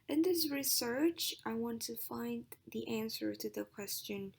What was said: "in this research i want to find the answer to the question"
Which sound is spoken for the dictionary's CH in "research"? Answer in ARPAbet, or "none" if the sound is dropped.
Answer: CH